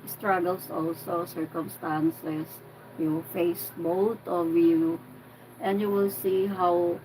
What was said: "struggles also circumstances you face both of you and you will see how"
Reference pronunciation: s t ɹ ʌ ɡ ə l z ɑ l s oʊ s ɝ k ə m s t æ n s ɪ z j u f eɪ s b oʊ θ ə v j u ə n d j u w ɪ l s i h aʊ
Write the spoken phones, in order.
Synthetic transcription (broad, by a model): s t ɹ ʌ ɡ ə l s ɑ l s oʊ s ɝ k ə m s t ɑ n s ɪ s j u f eɪ s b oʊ t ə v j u ə n d j u w ɪ l s i h aʊ